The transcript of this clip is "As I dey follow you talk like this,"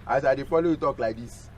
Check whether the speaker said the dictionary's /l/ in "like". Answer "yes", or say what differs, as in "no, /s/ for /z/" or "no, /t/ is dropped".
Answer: yes